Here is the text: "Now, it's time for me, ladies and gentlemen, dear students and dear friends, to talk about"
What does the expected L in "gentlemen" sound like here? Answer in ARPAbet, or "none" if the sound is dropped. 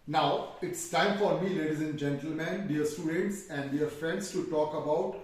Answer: L